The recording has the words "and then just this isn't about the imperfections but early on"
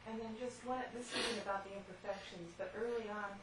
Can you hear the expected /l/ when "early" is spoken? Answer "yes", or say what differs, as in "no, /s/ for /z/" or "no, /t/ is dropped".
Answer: yes